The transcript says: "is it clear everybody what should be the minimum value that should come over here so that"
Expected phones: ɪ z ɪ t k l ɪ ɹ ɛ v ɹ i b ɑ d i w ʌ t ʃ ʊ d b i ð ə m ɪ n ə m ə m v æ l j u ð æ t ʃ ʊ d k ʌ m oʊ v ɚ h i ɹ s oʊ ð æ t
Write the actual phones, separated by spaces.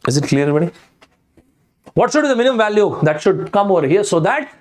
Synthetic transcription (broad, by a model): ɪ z ɪ t k l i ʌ ɹ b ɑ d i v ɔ t s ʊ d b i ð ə m ɪ n ə m ə m v æ l j u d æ t ʃ ʊ d k ʌ m oʊ v ɚ h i ɹ s oʊ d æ t